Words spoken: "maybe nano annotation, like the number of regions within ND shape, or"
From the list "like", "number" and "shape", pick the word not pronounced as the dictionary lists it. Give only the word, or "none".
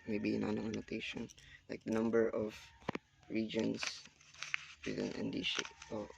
shape